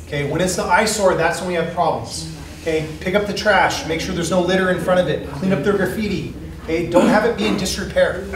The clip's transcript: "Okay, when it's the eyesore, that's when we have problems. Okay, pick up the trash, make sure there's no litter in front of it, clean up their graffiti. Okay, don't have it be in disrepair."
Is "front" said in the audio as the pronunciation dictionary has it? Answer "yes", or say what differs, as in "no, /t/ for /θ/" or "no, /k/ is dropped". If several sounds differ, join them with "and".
no, /n/ is dropped